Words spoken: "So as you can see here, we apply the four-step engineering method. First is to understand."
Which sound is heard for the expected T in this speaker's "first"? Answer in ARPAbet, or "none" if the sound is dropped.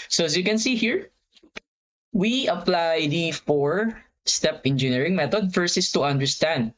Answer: none